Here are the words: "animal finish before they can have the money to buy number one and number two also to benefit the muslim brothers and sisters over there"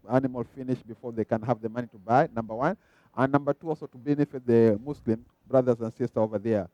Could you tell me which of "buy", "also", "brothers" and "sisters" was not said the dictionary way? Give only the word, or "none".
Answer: sisters